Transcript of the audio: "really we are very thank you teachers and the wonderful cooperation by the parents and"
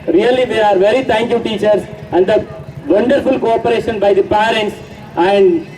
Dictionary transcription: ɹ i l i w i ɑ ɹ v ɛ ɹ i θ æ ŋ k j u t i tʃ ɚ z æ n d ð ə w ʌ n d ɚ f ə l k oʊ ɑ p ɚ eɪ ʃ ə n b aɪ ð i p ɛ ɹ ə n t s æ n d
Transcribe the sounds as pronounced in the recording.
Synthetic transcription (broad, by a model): ɹ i l i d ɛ ɑ ɹ v ɛ ɹ i t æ ŋ k j u t i tʃ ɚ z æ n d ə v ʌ n d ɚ f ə l k oʊ ɑ p ɚ eɪ ʃ ə n b aɪ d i p ɛ ɹ ə n t s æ n d